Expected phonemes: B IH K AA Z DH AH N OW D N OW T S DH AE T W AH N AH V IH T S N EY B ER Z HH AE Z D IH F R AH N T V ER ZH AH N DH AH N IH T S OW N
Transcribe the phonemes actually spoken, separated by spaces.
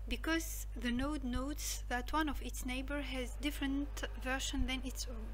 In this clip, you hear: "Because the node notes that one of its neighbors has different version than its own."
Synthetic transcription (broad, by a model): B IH K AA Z DH AH N OW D N OW T S DH AE T W AH N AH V IH T S N EY B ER HH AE Z D IH F R AH N T V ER SH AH N DH AH N IH T S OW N